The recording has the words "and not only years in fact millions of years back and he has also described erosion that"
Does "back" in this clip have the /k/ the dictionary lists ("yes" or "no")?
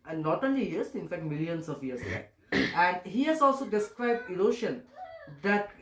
no